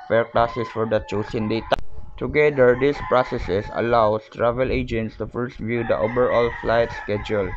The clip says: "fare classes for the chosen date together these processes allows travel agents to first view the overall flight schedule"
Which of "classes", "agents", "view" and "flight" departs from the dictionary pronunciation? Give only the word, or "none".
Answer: classes